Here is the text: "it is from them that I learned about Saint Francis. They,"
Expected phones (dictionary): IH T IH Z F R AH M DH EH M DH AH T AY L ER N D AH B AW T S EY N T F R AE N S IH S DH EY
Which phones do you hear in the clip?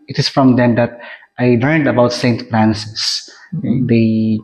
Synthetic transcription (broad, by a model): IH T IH S F R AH M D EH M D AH T AY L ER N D AH B AW T S EY N T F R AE N S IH S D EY